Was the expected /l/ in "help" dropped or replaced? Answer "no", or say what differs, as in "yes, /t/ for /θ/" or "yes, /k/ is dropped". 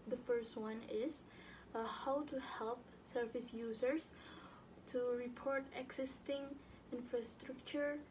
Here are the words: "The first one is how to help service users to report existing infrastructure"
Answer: no